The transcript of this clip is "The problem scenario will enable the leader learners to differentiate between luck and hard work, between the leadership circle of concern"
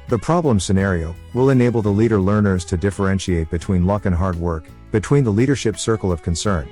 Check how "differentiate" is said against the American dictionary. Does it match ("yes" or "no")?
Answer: yes